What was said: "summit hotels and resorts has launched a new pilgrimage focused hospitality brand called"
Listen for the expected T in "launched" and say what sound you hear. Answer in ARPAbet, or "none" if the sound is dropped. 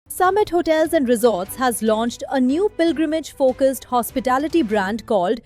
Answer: T